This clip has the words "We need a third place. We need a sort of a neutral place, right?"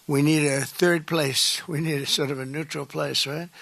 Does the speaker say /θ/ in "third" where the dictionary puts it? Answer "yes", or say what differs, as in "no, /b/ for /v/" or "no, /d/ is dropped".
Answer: yes